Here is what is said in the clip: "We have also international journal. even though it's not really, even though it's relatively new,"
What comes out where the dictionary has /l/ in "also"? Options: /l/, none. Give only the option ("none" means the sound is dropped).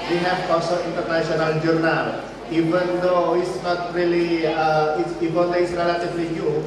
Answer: none